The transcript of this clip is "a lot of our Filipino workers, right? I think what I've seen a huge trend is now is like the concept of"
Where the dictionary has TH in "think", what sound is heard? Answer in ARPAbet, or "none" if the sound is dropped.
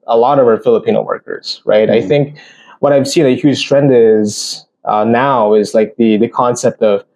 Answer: TH